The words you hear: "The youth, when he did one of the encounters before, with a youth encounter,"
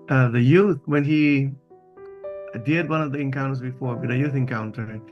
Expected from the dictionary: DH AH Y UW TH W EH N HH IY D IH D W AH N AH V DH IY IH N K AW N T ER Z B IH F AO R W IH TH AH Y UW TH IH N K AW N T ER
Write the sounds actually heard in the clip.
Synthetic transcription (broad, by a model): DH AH Y UW TH W EH N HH IY D IH D W AH N AH V DH IY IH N K AW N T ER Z B IH F AO R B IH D AH Y UW TH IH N K AW N T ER